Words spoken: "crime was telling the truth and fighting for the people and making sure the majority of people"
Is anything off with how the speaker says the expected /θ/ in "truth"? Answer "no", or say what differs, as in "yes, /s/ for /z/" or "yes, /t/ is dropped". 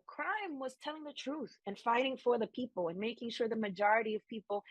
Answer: no